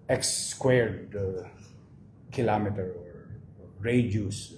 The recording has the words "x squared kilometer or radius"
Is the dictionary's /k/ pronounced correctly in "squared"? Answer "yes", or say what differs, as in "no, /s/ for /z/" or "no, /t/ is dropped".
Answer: yes